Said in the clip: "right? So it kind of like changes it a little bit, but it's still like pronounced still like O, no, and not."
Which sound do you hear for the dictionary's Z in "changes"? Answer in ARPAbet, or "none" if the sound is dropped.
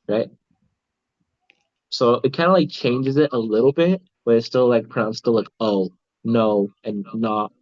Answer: Z